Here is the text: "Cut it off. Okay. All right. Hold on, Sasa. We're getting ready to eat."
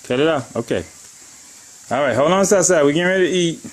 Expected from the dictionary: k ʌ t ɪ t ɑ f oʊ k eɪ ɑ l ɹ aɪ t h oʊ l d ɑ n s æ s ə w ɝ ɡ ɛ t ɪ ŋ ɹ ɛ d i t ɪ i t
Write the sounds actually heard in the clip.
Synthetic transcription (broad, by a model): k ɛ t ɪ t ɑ oʊ k eɪ ɑ l ɹ aɪ t h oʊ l ɑ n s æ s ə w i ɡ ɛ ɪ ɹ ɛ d t ɪ i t